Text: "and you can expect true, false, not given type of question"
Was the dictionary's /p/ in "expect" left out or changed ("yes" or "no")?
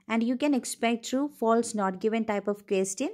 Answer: no